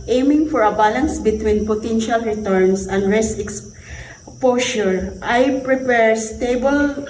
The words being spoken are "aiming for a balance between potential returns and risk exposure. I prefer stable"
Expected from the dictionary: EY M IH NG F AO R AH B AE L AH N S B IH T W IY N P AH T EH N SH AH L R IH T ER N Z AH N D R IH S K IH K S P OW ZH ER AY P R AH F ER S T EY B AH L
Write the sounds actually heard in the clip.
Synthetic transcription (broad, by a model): EY M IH NG F AO R AH B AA L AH N S B IH T W IY N P AH T EH N SH AH L R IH T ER N S AH N D R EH S IH K S P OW SH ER AY P R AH P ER S T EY B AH L